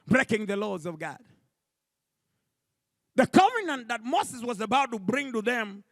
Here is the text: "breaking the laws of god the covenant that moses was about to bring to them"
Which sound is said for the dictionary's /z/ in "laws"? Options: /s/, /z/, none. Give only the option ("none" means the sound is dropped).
/z/